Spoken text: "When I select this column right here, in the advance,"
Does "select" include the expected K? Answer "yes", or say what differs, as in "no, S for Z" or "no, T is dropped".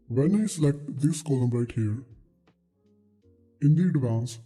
yes